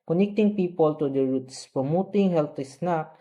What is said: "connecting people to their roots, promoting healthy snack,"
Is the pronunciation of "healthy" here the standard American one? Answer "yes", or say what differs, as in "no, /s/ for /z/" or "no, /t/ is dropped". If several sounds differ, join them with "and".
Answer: no, /t/ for /θ/